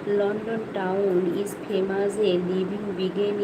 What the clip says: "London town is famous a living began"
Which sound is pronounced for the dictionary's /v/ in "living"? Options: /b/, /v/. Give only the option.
/b/